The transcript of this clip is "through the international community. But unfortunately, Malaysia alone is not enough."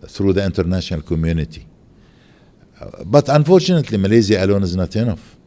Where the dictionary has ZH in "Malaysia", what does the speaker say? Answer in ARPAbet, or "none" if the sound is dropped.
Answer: Z